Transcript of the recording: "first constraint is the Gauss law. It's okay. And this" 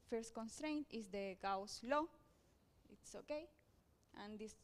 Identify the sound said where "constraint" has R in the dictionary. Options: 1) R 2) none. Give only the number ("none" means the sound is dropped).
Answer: 1